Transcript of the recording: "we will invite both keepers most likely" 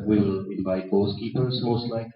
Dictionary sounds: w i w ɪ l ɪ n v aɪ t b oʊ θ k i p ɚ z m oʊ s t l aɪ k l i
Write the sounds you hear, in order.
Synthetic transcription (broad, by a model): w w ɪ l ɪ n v aɪ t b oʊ s k i p ɚ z m oʊ s t l aɪ k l